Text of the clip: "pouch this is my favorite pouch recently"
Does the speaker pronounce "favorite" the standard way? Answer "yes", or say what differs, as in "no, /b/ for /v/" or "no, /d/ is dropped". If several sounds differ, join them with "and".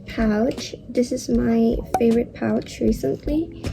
yes